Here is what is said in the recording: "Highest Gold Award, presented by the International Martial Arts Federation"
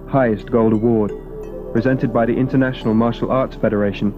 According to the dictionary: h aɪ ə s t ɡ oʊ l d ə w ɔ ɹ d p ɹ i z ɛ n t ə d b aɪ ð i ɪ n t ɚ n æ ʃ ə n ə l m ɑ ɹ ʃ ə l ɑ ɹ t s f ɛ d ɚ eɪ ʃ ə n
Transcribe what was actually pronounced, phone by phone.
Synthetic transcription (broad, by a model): h aɪ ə s ɡ oʊ l d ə w ɔ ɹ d p ɹ i z ɛ n t ə d b aɪ ð i ɪ n t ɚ n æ ʃ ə n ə l m ɑ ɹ ʃ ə l ɑ ɹ t s f ɛ d ɚ eɪ ʃ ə n